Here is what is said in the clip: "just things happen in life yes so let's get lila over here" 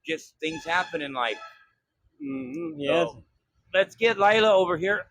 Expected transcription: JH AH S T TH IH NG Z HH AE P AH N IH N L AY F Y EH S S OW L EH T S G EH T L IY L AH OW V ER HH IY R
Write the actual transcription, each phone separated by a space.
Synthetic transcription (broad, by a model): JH AH S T TH IH NG Z HH AE P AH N IH N L AY F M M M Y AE L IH T S G EH T L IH L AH OW V ER HH IY R